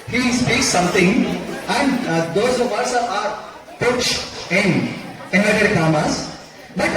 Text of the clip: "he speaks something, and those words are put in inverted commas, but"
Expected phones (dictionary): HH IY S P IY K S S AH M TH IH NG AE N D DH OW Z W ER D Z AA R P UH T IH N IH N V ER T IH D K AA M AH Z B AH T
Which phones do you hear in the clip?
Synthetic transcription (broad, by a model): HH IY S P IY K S S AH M T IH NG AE N D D OW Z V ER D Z AA R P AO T IH N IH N ER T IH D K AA M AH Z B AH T